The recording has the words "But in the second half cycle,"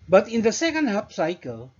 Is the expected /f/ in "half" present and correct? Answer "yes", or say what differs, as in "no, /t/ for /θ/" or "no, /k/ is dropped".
no, /p/ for /f/